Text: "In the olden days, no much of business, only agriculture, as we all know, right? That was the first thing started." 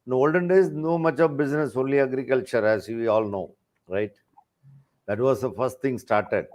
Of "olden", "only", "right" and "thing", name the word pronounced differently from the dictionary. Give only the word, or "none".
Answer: thing